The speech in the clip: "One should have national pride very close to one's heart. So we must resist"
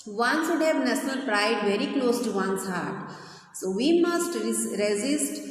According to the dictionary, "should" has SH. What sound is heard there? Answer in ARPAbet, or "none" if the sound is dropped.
S